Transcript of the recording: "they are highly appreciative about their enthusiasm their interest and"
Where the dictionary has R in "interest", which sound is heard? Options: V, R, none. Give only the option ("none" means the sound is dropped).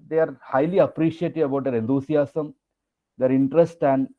R